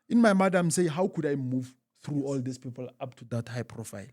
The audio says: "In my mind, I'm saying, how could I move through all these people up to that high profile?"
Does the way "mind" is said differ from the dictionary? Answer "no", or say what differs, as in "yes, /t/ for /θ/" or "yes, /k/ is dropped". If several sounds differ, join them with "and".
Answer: yes, /n/ is dropped